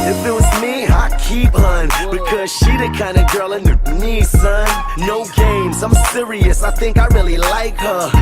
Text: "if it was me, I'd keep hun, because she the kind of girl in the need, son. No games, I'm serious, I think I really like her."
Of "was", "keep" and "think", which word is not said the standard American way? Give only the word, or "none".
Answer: none